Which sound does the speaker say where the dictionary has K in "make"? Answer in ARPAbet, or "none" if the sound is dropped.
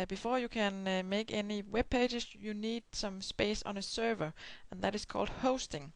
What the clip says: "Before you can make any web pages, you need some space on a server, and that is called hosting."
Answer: K